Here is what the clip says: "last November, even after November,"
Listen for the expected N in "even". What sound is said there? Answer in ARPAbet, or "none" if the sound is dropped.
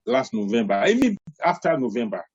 none